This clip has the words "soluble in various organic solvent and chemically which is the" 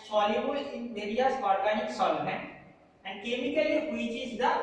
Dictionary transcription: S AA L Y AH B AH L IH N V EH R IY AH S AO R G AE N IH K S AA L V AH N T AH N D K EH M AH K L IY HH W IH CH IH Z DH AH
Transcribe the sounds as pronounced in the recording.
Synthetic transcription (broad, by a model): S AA L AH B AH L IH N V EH R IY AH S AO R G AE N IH K S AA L AH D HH AH N D K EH M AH K L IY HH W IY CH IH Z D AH